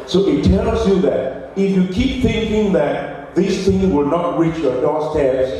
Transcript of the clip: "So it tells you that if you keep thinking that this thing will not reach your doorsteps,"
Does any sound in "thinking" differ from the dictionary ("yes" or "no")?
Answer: no